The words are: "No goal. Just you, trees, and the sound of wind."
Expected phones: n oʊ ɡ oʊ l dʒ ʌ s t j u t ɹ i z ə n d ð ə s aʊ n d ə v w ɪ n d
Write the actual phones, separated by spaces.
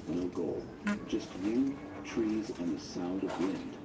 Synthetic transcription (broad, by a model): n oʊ ɡ oʊ l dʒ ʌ s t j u t ɹ i z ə n ð ə s aʊ n d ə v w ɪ n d